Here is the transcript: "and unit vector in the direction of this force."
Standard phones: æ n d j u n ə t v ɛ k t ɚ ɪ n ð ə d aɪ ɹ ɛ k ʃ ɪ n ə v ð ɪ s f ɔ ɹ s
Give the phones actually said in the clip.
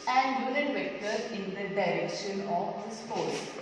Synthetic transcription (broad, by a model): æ n d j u l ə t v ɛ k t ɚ ɪ n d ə d aɪ ɹ ɛ k ʃ ɪ n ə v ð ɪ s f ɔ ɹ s